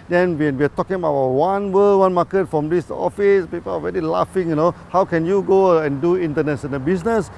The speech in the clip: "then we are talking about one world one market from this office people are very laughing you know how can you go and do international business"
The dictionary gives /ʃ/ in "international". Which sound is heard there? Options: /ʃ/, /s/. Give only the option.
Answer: /s/